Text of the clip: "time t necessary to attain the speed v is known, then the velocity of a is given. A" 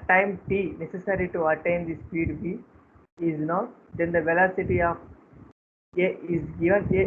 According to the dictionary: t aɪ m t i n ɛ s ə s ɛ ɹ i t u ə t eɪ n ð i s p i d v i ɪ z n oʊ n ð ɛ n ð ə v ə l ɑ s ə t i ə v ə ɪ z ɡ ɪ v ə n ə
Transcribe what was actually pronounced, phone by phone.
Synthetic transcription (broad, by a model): t aɪ m t i n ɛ s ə s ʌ ɹ i t u ə t eɪ n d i s p i d b i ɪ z n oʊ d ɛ n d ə v ə l ɑ s ə t i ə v ə ɪ z ɡ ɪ v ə n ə